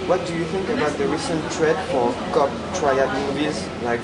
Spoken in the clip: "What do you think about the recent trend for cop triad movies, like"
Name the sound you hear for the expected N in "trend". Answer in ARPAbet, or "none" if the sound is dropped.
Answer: none